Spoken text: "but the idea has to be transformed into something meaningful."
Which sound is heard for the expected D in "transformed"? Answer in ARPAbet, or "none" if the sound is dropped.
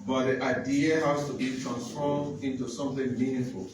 none